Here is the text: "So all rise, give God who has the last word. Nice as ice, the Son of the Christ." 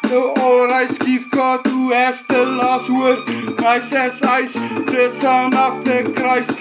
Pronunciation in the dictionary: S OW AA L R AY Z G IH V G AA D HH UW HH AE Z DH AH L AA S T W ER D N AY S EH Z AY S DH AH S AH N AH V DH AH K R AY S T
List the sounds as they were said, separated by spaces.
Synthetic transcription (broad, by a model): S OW AA L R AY S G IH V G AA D HH UW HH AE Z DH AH L AA S T W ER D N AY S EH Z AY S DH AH S AH N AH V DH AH K R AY S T